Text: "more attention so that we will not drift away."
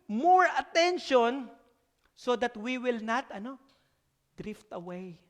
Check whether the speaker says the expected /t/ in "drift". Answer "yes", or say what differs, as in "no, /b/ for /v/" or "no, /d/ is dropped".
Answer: yes